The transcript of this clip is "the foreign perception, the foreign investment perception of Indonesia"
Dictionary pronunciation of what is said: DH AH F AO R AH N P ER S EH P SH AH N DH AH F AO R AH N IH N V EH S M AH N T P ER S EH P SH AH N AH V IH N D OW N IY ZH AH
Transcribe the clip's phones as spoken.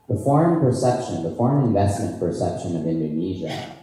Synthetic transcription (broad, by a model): DH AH F AO R AH N P ER S EH P SH AH N DH AH F AO R AH N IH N V EH S M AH N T P ER S EH P SH AH N AH V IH N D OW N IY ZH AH